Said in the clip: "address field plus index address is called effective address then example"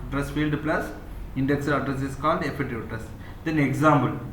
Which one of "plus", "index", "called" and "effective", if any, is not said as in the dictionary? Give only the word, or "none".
effective